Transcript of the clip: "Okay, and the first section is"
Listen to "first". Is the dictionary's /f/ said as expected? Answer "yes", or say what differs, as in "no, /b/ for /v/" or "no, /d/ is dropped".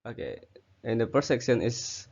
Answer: no, /p/ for /f/